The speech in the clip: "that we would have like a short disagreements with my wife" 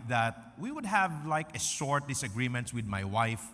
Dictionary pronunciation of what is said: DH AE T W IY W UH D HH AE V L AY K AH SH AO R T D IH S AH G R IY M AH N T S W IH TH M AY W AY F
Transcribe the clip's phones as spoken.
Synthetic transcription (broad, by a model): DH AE T W IY W UH D HH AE V L AY K AH S AO R T D IH S AH G R IY M AH N T S W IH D M AY W AY F